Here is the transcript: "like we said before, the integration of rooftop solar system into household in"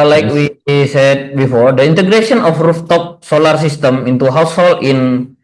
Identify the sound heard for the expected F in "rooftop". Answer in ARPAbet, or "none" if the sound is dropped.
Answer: F